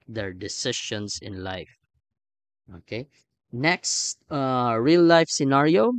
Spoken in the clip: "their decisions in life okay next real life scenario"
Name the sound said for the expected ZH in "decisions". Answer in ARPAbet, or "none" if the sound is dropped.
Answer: SH